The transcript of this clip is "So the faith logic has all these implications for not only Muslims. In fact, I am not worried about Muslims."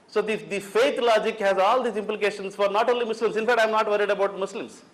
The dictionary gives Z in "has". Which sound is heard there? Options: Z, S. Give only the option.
Z